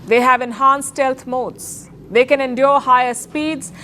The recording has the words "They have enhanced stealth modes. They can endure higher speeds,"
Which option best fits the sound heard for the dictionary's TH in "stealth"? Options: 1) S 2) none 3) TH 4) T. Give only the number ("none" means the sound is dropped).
4